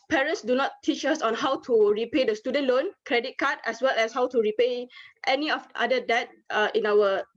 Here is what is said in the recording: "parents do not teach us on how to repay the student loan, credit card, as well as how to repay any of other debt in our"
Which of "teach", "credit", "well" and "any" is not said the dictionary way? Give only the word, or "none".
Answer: none